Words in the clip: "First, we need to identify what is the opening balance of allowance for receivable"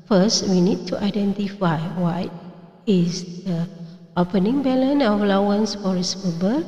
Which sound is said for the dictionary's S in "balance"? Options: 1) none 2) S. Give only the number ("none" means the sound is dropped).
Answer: 1